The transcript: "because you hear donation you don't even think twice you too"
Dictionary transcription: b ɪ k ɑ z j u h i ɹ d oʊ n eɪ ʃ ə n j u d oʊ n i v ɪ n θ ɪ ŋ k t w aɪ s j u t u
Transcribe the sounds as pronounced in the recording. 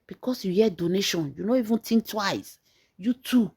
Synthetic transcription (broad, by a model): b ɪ k ɑ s j u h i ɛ d oʊ n eɪ ʃ ə n j u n oʊ i v ɪ n t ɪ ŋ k t w aɪ s j u t u